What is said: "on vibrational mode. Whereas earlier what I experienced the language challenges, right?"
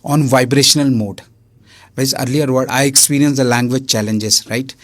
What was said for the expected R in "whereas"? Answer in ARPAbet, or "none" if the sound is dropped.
none